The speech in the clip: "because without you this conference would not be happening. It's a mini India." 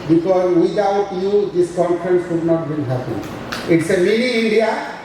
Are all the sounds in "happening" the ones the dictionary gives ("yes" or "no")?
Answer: no